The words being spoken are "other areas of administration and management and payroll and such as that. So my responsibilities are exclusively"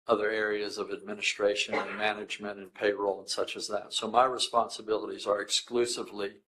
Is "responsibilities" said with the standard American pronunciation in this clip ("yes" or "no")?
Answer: yes